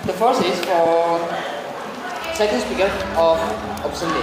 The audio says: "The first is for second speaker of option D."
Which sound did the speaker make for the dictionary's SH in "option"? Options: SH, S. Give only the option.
S